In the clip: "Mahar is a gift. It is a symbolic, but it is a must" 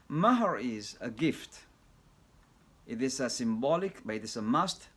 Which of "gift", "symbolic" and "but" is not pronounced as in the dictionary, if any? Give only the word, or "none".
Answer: none